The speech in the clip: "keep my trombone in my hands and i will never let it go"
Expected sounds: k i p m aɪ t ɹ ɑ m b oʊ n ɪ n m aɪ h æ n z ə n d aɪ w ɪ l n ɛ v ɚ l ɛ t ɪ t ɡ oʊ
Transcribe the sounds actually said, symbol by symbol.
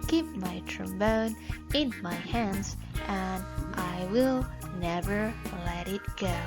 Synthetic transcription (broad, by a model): k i p m aɪ t ɹ ɑ m b oʊ n ɪ n m aɪ h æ n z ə n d aɪ w ɪ l n ɛ v ɚ l ɛ t ɪ t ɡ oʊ